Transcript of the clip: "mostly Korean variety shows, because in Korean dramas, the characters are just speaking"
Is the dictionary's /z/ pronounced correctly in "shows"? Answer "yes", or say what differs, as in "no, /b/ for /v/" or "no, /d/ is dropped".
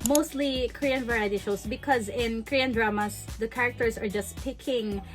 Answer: no, /s/ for /z/